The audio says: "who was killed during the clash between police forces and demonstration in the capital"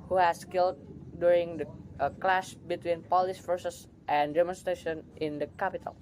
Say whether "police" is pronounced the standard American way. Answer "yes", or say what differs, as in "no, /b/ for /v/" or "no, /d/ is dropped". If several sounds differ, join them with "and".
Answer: yes